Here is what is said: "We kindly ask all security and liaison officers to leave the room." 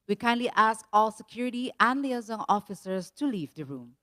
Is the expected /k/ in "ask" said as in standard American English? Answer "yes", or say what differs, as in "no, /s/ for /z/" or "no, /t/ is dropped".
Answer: yes